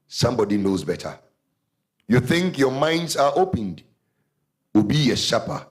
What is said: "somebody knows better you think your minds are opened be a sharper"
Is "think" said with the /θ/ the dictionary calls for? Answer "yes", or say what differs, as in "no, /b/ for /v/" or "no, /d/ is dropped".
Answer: yes